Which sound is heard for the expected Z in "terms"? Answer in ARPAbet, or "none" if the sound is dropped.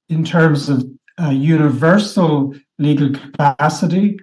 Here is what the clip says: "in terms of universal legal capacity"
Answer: Z